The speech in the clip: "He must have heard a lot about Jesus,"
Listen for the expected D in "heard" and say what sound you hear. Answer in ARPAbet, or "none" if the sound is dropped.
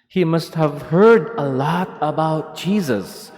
D